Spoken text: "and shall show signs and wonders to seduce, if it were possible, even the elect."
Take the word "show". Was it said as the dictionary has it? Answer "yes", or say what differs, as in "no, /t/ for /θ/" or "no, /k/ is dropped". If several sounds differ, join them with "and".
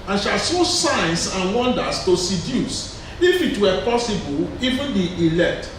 no, /s/ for /ʃ/